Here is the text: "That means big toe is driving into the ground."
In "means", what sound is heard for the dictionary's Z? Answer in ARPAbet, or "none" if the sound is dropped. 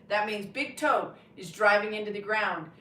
Z